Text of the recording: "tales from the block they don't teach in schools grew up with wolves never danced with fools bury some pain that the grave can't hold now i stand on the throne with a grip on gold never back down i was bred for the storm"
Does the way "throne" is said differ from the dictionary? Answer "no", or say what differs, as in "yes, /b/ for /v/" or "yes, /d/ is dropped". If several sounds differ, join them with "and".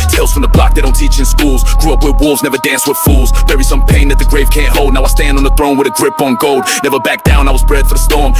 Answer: no